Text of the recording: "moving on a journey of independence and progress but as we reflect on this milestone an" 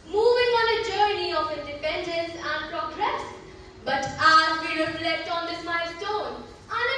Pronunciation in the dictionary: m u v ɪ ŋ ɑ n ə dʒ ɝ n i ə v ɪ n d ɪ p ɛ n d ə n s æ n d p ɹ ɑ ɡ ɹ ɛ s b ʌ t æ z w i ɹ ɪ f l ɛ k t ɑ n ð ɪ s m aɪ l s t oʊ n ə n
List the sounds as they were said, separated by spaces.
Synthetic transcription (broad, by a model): m u v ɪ ŋ ɑ n ə dʒ ɝ n i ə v ɪ n d ɪ p ɛ n d ə n s æ n d p ɹ ɑ ɡ ɹ ɛ s b ʌ t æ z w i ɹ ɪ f l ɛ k t ɑ n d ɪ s m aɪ s t oʊ n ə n